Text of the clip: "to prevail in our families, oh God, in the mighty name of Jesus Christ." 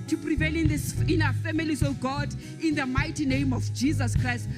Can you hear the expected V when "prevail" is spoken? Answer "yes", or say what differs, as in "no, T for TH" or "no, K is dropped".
yes